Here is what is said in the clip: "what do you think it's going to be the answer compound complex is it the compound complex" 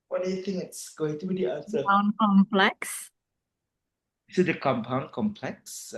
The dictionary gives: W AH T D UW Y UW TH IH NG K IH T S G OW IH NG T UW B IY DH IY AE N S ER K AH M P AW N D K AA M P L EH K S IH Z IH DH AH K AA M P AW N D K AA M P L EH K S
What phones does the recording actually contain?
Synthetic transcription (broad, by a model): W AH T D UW Y UW T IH NG IH T S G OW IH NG T UW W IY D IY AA S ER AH P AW N K AA M P L EH K S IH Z IH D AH K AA M P AW N K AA M P L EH K S